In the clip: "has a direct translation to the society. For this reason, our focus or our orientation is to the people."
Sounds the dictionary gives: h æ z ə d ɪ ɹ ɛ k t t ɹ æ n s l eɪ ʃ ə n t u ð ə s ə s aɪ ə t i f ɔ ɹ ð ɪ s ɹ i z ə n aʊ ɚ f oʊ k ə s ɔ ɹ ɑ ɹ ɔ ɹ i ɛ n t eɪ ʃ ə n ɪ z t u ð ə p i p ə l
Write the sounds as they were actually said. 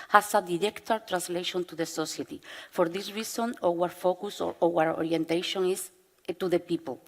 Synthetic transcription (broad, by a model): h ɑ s ə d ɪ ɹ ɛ k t t ɹ æ n s l eɪ ʃ ə n t u ð ə s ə s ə t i f ɔ ɹ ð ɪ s ɹ i s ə n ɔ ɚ f oʊ k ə s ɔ w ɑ ɹ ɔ ɹ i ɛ n t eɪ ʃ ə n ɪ s t u ð ə p i p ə l